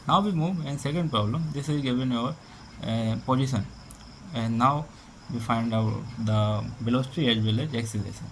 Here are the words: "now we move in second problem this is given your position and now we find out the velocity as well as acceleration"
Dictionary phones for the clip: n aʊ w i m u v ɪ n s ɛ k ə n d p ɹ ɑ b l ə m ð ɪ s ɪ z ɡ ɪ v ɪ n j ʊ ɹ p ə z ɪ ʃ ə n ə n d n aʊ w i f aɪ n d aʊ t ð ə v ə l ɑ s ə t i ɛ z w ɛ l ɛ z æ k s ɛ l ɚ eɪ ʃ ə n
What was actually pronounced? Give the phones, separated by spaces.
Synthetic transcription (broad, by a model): n aʊ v i m u v ɪ n s ɛ k ə n d p ɹ ɑ b l ə m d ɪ s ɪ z ɡ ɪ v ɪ n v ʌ ɹ p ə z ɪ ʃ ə n ə n d n aʊ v i f aɪ n d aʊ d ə b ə l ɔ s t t i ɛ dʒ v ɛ l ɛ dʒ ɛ k s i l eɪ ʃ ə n